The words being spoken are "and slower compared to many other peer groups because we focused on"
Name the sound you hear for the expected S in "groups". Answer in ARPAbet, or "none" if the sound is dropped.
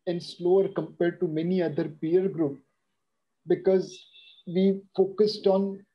none